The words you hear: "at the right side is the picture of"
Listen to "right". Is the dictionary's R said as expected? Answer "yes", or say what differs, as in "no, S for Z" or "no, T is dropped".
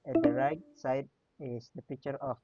yes